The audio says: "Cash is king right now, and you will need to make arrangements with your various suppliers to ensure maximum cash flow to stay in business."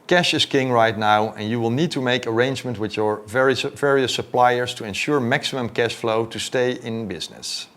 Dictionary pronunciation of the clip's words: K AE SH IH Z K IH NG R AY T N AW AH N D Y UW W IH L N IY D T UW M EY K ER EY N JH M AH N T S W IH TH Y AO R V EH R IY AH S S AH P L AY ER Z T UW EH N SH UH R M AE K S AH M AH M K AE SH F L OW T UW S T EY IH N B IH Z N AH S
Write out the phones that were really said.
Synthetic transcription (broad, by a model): K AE SH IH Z K IH NG R AY T N AW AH N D Y UW W IH L N IY D T UW M EY K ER EY N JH M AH N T W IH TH Y AO R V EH R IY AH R S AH P L AY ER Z T UW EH N SH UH R M AE K S AH M AH M K AE SH F L OW T UW S T EY IH N B IH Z N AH S